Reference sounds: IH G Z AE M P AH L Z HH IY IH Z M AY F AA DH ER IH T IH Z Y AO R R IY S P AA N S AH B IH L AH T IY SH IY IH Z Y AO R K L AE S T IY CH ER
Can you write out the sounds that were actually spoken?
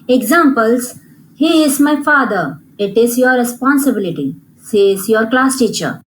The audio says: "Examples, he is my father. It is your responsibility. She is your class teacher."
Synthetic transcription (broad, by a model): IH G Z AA M P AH L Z HH IY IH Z M AY F AA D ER IH T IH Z Y AO R R IY S P AA N S AH B IH L AH T IY S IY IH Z Y AO R K L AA S T IY CH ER